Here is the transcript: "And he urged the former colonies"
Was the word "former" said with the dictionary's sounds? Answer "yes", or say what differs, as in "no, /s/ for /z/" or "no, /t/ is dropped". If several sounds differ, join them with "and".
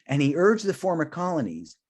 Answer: yes